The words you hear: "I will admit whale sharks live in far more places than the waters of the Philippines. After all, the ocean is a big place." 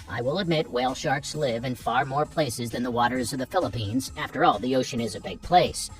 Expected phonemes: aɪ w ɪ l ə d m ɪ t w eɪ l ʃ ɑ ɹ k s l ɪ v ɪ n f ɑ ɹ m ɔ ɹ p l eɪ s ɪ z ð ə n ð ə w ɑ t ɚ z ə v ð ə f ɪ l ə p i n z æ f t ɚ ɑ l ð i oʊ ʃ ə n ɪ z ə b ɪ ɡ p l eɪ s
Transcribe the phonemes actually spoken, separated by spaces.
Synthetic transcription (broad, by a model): aɪ w ɪ l ə d m ɪ t w eɪ l ʃ ɑ ɹ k s l ɪ v ɪ n f ɑ ɹ m ɔ ɹ p l eɪ s ɪ z ð ə n ð ə w ɑ t ɚ z ə v ð ə f ɪ l ə p i n z æ f t ɚ ɑ l ð i oʊ ʃ ə n ɪ z ə b ɪ ɡ p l eɪ s